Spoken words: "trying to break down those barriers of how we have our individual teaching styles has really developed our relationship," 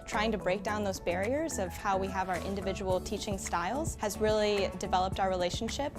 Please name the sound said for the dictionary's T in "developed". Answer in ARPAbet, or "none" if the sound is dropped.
T